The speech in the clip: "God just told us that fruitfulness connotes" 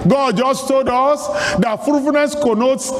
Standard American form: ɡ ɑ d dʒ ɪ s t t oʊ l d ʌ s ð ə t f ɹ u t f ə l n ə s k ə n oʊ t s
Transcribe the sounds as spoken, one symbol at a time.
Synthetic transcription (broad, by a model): ɡ ɑ d dʒ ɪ s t t oʊ l d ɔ s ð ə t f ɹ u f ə n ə s k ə n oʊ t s